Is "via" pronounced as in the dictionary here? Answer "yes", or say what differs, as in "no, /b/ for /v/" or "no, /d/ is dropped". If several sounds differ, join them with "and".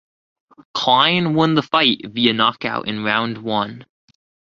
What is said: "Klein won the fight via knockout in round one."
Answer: yes